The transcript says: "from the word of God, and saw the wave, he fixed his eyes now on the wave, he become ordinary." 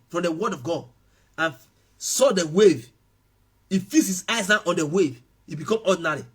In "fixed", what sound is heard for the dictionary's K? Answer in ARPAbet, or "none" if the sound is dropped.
none